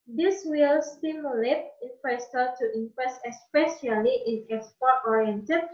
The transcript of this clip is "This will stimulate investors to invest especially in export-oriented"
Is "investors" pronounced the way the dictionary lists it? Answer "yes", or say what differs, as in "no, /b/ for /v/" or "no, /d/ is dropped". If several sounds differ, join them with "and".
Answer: no, /f/ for /v/